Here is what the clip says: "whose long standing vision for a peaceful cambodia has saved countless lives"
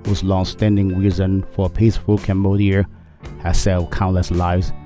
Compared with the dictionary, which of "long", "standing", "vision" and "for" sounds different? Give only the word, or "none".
vision